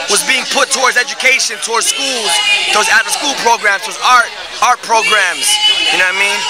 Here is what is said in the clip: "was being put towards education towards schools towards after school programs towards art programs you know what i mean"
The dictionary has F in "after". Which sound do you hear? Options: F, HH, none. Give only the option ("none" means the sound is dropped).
none